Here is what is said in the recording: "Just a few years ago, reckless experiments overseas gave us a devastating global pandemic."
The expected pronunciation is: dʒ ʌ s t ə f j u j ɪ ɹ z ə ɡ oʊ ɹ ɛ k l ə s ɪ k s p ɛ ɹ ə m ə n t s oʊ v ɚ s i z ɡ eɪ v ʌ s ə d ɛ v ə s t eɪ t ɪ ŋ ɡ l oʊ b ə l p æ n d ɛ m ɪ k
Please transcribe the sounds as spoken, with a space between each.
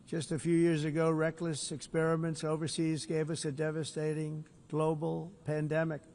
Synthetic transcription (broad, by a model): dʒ ʌ s t ə f j u j ɪ ɹ z ə ɡ oʊ ɹ ɛ k l ə s ɪ k s p ɛ ɹ ə m ə n t s oʊ v ɚ s i z ɡ eɪ v ʌ s ə d ɛ v ə s t eɪ t ɪ ŋ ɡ l oʊ b l p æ n d ɛ m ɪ k